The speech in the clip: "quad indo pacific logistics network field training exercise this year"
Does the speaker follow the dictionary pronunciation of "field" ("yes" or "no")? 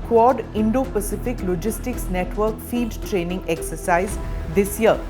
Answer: no